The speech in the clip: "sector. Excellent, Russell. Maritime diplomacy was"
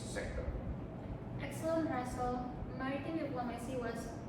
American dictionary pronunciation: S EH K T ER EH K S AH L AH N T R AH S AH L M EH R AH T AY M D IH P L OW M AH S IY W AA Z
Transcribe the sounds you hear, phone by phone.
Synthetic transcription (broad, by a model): S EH K T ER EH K S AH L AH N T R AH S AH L M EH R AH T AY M D IH P L OW M AH S IY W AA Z